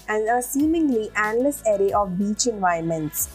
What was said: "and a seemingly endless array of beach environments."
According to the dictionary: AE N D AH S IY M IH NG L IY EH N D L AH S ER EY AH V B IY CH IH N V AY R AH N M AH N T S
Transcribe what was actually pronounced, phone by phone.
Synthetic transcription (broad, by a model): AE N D AH S IY M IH NG L IY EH N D L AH S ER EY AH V B IY CH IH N V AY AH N M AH N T S